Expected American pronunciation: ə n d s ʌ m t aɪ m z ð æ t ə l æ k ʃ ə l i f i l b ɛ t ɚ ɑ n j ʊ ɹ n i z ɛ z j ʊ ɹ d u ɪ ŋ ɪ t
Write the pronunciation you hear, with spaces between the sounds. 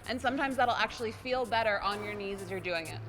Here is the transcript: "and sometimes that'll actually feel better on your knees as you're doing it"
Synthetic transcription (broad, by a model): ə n s ʌ m t aɪ m z ð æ t l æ k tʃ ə l i f i l b ɛ t ɚ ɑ n j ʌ ɹ n i z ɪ z j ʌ ɹ d u ɪ ŋ ɪ t